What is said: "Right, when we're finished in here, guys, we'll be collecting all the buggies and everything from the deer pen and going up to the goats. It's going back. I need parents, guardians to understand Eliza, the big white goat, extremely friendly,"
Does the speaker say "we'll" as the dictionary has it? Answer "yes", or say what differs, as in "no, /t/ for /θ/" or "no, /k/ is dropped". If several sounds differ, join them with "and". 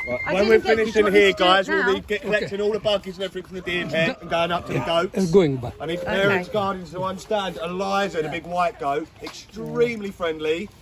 yes